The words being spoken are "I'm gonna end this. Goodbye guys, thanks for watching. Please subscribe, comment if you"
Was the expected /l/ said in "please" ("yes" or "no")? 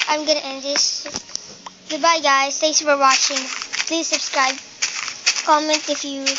yes